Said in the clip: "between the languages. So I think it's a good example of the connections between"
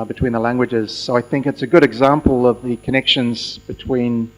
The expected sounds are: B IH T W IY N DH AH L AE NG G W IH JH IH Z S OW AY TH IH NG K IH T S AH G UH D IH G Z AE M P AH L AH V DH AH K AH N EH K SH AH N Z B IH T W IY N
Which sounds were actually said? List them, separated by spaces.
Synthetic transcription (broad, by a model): B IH T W IY N DH AH L AE NG G W IH JH IH Z S OW AY TH IH NG K IH T S AH G UH D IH G Z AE M P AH L AH V DH AH K AH N EH K SH AH N Z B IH T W IY N